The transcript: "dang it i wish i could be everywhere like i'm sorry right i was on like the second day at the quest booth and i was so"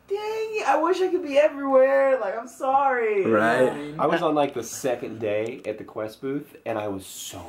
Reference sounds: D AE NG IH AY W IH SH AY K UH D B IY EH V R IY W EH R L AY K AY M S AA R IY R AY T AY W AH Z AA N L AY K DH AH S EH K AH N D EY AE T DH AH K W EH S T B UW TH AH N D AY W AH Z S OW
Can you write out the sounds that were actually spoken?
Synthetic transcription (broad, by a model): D IH AY W IH SH AY K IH D B IY EH V R IY W EH R L AY K AY M S AA R IY R AY T AY W AH Z N L AY K DH AH S EH K AH N D EY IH T DH AH K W EH S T B UW TH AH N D AY W AH Z S OW